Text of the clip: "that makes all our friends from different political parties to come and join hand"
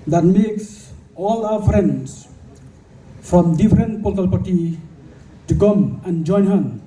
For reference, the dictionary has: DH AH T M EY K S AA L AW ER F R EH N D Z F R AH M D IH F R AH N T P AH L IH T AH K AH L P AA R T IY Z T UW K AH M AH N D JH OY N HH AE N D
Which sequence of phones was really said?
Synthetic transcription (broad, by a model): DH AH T M EY K S AA L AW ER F R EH N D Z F R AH M D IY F R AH N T P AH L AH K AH L P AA R T IY T UW K AH M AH N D JH OY N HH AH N